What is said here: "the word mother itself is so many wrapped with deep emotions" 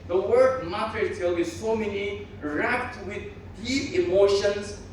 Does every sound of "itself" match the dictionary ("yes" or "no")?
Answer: no